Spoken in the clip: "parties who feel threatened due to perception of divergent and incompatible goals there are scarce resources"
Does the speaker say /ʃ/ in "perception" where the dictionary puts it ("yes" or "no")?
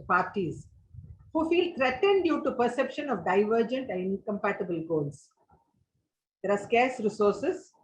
yes